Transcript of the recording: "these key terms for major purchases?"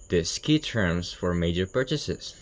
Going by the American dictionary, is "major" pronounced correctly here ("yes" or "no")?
yes